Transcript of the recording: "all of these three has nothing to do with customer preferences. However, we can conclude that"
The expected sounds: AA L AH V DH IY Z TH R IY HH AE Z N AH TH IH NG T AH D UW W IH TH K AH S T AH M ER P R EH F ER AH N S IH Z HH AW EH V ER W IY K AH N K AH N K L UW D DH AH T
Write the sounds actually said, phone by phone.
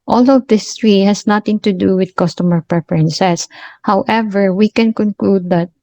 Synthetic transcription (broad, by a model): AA L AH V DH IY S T R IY HH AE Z N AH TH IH NG T AH D UW W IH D K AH S T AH M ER P R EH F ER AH N S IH S HH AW EH V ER W IY K AH N K AH N K L UW D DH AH T